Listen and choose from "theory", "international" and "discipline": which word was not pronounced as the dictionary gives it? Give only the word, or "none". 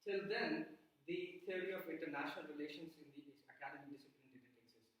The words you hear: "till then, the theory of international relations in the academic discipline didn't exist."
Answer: theory